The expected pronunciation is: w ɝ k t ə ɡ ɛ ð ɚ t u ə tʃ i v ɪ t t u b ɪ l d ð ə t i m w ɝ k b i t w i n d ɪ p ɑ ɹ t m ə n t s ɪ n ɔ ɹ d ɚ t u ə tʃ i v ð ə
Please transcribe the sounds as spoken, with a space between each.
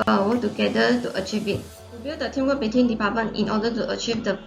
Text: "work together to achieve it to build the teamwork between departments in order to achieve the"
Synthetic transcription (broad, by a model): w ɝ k t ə ɡ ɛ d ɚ t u ə tʃ i v ɪ t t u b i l d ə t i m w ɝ b i t w i n d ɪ p ɑ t m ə n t ɪ n ɔ d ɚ t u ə tʃ i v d ə